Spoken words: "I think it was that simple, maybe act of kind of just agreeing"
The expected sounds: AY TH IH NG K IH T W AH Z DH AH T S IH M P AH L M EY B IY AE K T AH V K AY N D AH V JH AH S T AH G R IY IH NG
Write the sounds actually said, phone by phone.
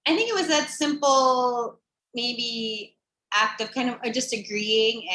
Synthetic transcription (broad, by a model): AY TH IH NG K IH T W AH Z DH AH T S IH M P L M EY B IY AE K T AH V K AY N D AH V JH AH S T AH G R IY IH NG